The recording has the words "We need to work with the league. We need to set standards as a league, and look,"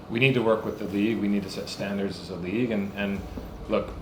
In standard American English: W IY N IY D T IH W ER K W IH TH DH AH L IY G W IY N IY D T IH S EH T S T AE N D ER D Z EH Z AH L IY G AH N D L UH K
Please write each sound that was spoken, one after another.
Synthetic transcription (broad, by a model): W IY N IY D T IH W ER K W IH DH AH L IY G W IY N IY D T IH S EH T S T AE N D ER D Z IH Z AH L IY G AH N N L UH K